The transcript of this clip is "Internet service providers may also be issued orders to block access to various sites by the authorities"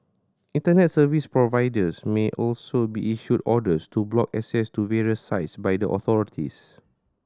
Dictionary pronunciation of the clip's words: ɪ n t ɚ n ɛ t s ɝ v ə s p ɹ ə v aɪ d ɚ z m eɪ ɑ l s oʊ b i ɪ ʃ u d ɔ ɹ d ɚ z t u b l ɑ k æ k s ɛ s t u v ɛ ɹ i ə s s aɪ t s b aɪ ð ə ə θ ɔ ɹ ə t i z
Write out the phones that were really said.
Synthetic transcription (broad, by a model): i n t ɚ n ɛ t s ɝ v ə s p ɹ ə v aɪ d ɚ s m eɪ ɑ l s oʊ b i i ʃ u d ɔ d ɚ s t u b l ɑ k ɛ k s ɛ s t u v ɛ ɹ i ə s s aɪ t s b aɪ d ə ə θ ɔ ɹ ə t i s